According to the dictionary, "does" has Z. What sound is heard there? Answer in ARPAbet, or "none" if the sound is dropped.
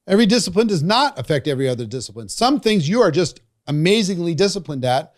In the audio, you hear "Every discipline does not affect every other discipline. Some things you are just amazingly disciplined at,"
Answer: Z